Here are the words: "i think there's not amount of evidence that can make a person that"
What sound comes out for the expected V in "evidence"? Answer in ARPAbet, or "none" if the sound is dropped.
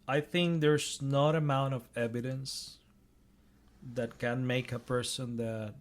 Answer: V